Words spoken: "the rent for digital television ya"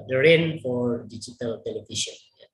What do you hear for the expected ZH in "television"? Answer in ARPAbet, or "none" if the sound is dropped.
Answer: SH